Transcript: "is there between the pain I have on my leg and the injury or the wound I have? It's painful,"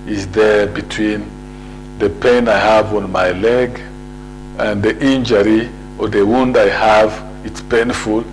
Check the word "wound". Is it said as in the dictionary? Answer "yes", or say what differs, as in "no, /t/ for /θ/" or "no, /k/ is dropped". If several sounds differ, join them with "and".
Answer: yes